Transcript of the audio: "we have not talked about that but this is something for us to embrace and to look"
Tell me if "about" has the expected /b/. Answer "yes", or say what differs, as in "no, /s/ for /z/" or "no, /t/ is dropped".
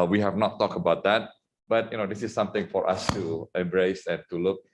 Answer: yes